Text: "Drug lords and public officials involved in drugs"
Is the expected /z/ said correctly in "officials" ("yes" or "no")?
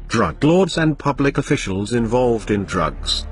yes